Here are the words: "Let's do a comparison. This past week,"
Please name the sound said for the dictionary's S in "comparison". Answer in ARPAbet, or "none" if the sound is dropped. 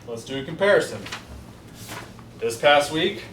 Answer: S